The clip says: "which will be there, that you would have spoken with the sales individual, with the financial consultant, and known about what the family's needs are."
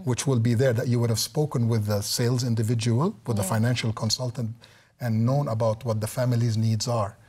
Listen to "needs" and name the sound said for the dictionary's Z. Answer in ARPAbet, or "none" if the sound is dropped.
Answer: Z